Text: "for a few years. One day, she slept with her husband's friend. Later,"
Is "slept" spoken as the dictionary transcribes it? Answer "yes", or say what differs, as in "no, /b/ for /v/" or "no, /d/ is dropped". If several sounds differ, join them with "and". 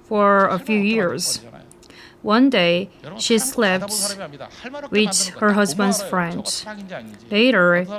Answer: yes